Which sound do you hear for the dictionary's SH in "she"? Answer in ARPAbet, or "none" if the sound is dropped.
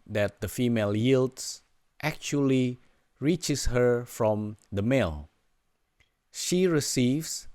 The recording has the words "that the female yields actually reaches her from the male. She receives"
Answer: SH